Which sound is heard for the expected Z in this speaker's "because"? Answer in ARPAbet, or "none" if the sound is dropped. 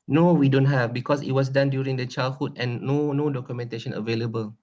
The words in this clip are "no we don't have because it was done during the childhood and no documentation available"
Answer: S